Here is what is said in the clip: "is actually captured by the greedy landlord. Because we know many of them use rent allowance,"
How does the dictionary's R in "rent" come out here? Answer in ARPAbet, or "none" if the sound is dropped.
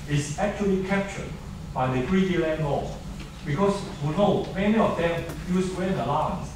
W